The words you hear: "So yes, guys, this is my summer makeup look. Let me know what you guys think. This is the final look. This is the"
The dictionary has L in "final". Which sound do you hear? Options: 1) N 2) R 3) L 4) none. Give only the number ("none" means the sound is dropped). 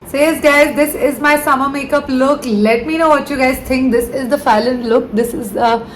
1